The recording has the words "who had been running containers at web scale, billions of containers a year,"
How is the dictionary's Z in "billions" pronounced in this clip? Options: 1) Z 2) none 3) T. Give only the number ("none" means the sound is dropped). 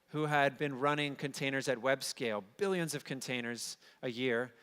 1